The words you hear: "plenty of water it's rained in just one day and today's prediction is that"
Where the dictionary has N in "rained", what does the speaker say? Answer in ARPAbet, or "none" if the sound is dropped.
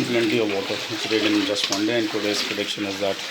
none